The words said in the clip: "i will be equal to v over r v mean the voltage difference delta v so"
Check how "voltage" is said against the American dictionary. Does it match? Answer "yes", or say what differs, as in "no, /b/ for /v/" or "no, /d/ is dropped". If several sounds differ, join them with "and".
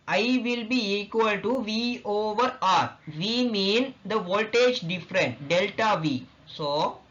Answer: yes